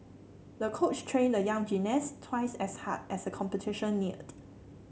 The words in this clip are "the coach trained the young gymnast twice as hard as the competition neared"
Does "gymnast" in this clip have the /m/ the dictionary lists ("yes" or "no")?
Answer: no